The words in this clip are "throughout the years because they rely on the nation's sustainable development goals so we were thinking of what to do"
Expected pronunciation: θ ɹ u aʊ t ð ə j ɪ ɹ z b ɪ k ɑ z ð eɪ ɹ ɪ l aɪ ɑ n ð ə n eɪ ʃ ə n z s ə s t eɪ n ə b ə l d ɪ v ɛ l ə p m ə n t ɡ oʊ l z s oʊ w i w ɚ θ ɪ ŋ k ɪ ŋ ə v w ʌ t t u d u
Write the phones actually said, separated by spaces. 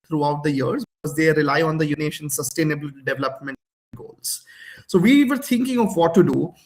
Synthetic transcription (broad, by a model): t ɹ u aʊ t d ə j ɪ ɹ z b ɪ k ɑ z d eɪ ɹ ɪ l aɪ ɑ n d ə n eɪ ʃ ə n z s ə s t eɪ n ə b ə l d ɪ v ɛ l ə p m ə n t ɡ oʊ l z s oʊ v i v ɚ t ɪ ŋ k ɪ ŋ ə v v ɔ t t u d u